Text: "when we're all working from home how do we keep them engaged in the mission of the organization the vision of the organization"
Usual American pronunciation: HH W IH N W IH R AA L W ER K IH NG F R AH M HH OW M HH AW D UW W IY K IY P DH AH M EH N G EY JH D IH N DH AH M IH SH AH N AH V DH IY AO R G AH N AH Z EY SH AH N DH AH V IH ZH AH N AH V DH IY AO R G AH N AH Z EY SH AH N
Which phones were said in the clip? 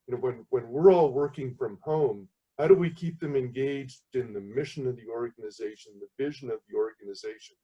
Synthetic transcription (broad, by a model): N W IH N W IH R AA L W ER K IH NG F R AH M HH OW M HH AW D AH W IY K IY P DH AH M EH N G EY JH D IH N DH AH M IH SH AH N AH V DH IY AO R G AH N AH Z EY SH AH N DH AH V IH ZH AH N AH V DH IY AO R G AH N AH Z EY SH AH N